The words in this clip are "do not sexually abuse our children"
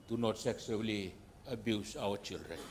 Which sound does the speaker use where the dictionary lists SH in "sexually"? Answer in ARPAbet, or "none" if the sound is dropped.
S